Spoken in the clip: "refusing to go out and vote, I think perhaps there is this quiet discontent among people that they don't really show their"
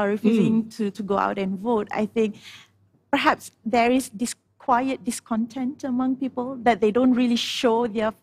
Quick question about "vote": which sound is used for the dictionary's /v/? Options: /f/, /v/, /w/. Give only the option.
/v/